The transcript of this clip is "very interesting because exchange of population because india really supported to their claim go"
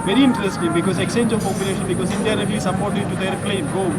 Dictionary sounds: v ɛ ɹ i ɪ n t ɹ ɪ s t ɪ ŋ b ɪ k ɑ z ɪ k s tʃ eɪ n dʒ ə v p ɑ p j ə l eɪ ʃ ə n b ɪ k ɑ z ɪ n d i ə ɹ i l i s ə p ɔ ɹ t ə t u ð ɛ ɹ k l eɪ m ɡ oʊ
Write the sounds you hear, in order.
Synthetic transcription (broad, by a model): v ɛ ɹ i ɪ n t ɹ ɪ s t ɪ ŋ b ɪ k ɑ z ɪ k s tʃ eɪ n dʒ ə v p ɑ p j ə l eɪ ʃ ə n b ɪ k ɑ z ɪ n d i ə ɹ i l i s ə b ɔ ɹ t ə t u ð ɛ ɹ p l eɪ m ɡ oʊ